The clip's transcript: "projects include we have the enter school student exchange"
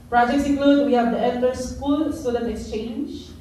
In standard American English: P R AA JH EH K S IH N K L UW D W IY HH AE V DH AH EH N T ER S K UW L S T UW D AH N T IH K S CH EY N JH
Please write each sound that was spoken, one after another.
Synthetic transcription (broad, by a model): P R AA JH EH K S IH K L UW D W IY HH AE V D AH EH L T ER S K UW L S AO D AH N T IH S CH EY N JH